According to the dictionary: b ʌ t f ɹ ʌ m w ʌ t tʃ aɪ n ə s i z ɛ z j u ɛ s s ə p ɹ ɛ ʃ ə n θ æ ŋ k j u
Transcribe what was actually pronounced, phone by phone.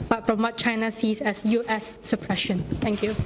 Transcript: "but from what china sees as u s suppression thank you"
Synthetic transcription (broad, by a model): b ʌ t f ɹ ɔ m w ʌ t tʃ aɪ n ə s i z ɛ s j u ɛ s s ə p ɹ ɛ ʃ ə n t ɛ ŋ k j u